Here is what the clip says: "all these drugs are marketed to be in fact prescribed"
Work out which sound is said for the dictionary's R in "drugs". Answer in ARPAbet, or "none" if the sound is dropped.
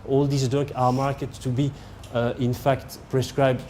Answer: none